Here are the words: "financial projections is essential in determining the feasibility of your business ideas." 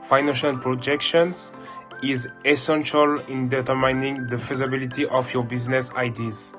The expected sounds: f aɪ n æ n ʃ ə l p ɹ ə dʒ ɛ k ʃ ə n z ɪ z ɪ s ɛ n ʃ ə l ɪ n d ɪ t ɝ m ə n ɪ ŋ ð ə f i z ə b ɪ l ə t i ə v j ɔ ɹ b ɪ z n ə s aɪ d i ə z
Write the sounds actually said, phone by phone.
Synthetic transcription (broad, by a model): f aɪ n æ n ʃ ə l p ɹ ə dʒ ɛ k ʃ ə n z ɪ z ɪ s ɛ n ʃ ə l ɪ n d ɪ t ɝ m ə n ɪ ŋ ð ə f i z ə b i l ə t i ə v j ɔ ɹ b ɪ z n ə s aɪ d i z